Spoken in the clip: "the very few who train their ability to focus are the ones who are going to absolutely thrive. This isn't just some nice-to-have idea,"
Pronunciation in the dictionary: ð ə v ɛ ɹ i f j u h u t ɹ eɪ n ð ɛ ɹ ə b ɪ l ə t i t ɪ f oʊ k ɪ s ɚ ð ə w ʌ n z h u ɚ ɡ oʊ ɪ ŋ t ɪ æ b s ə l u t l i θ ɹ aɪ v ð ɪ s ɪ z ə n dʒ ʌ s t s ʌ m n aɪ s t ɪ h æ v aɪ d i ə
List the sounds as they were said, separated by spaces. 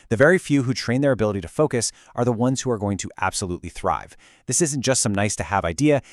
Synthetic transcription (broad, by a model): ð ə v ɛ ɹ i f j u h u t ɹ eɪ n ð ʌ ɹ ə b ɪ l ə t i t ɪ f oʊ k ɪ s ɚ ð ə w ʌ n z h u ɚ ɡ oʊ ɪ ŋ t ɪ æ b s ə l u t l i θ ɹ aɪ v ð ɪ s ɪ z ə n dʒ ʌ s t s ʌ m n aɪ s t ɪ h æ v aɪ d i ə